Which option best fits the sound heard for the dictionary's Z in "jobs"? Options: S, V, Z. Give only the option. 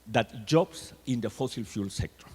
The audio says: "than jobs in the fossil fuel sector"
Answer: S